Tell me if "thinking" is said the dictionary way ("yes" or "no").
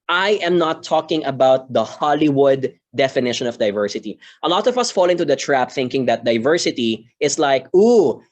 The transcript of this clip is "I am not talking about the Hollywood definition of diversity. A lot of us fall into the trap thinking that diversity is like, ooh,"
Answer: yes